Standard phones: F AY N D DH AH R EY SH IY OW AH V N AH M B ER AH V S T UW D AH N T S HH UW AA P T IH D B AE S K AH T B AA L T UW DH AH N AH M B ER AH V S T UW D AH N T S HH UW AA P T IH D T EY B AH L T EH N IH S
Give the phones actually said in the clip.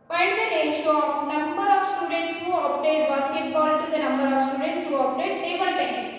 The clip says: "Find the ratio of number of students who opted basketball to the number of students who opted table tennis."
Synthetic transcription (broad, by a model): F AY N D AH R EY IY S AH N AH M B ER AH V S T UW D AH N T S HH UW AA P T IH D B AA S K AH T B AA L T UW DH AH N AH M B ER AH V S T UW D AH N T S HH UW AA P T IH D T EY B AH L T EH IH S